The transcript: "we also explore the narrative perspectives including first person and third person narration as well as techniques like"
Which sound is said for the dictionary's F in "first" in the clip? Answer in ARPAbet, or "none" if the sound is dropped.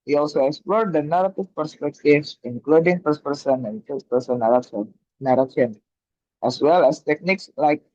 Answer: P